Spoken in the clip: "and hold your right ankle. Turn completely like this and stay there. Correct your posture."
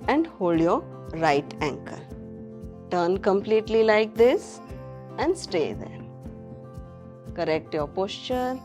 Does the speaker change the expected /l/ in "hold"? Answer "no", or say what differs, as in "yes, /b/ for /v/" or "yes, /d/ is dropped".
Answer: no